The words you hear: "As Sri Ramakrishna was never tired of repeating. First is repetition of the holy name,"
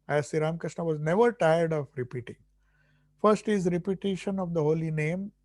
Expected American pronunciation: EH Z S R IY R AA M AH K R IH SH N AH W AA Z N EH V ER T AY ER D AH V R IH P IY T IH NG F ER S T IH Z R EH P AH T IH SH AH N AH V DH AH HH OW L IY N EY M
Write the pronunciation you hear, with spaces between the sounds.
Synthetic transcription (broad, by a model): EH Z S IY R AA M K R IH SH N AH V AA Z N EH V ER T AY ER D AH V R IH P IY T IH NG F ER S T IH Z R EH P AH T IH SH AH N AH V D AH HH OW L IY N EY M